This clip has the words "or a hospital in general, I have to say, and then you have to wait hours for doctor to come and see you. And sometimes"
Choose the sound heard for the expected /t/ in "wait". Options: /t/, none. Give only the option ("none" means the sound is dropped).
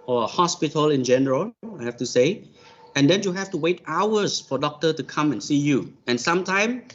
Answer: /t/